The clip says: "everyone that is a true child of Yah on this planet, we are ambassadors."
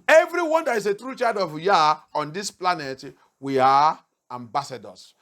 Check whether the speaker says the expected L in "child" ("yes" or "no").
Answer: no